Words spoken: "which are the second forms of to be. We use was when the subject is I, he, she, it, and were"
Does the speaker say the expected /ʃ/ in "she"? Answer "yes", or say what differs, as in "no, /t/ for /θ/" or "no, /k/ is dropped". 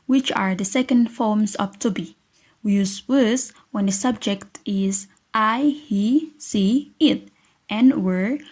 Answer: no, /s/ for /ʃ/